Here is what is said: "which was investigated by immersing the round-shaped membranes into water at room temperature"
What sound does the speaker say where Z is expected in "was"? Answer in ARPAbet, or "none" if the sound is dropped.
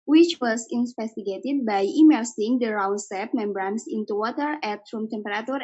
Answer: S